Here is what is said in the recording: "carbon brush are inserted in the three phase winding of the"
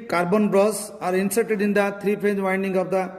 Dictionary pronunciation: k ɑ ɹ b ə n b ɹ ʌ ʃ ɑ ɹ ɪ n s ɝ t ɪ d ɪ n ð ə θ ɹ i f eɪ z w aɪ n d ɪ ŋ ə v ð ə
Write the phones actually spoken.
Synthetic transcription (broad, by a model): k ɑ ɹ b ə n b ɹ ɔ s ɑ ɹ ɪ n s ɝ t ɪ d ɪ n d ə t ɹ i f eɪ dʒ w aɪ n d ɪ ŋ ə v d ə